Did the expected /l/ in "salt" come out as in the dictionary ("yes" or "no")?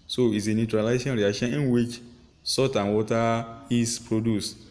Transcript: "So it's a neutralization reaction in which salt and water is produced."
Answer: no